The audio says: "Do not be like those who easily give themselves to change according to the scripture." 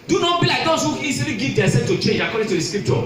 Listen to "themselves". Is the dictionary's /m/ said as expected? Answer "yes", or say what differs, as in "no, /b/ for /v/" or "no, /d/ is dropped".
no, /m/ is dropped